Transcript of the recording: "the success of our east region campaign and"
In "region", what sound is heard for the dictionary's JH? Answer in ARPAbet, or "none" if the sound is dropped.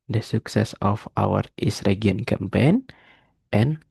none